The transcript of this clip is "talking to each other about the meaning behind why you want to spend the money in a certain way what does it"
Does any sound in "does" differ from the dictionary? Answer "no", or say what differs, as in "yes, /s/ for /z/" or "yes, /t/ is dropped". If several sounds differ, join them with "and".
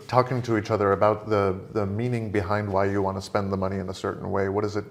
no